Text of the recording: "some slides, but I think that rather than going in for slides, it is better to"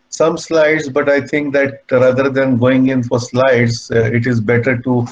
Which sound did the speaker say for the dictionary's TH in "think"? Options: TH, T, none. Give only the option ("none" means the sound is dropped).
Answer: T